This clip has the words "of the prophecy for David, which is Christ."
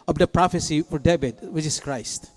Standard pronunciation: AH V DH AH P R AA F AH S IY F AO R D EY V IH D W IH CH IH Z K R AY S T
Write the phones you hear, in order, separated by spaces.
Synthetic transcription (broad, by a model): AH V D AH P R AA F AH S IY F AO R D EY B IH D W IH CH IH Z K R AY S T